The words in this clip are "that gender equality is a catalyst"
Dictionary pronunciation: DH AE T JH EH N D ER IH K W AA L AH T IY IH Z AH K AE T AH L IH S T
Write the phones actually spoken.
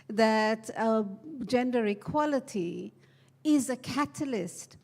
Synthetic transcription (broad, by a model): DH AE T JH EH N D ER IH K W AA L AH T IY IH Z AH K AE T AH L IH S T